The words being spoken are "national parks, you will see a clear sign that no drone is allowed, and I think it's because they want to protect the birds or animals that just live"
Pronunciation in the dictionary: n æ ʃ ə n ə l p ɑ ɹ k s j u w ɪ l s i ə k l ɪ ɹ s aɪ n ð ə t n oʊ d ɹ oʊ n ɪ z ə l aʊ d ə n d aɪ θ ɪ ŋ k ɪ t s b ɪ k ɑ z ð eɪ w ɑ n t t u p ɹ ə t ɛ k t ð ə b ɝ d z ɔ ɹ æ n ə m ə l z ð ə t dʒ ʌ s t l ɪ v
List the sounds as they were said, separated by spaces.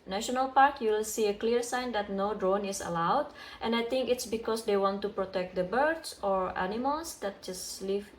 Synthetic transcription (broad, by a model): n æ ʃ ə n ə l p ɑ ɹ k j u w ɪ l s i ə k l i ɹ s aɪ n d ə t n oʊ d ɹ oʊ n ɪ s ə l aʊ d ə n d aɪ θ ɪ ŋ k ɪ t s b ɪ k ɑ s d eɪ w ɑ n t t u p ɹ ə t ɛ k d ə b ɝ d s ɔ ɹ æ n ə m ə l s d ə t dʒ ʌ s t l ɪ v